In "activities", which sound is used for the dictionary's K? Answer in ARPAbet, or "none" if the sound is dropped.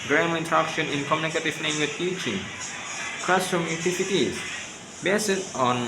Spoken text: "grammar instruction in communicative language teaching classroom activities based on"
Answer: none